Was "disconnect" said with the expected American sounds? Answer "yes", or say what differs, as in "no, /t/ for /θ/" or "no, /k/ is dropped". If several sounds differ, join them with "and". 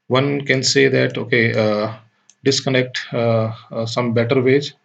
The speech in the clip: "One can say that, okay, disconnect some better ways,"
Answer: yes